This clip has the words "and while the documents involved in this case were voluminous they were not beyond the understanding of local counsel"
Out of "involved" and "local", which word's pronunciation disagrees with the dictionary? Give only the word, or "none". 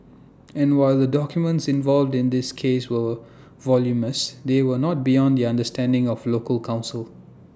none